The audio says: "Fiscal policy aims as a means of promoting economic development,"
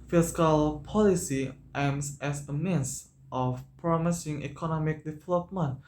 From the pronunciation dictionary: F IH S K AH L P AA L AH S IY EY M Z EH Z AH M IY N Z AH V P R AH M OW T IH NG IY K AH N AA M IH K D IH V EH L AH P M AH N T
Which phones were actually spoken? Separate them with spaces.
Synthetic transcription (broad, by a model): F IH S K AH L P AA L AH S IY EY M S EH S AH M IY N S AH F P R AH M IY S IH NG IY K AH N AA M IH K D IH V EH L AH P M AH N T